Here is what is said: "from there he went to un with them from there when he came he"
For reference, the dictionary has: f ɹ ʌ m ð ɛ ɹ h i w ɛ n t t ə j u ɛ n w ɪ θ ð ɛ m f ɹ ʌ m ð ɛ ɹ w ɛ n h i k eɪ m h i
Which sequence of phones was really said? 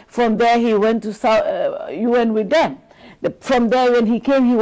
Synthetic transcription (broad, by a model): f ɹ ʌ m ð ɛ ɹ h i w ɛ n t s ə j u ɛ n w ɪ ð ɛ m f ɹ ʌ m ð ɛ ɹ w ɛ n h i k eɪ m h i